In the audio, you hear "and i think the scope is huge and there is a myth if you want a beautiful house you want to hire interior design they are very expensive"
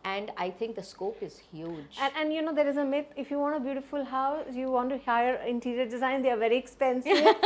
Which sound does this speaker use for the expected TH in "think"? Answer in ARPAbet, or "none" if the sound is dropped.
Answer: T